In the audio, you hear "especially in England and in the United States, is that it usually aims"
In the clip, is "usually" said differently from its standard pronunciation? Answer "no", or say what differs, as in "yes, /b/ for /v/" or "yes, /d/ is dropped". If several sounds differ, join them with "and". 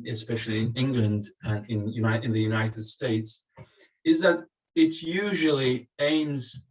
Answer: no